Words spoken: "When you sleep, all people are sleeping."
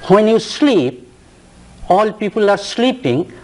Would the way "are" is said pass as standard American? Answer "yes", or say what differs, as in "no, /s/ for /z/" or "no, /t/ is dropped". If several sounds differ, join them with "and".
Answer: yes